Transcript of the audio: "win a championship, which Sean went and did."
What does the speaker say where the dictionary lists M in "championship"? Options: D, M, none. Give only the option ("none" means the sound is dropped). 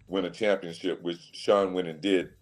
M